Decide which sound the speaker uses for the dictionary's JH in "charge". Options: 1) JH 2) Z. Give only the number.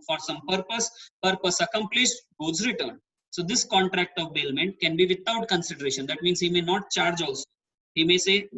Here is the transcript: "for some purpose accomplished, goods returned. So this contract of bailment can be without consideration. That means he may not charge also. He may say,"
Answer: 1